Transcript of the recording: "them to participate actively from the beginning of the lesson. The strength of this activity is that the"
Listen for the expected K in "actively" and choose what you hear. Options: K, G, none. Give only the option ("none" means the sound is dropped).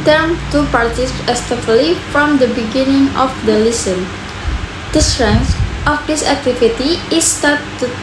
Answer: none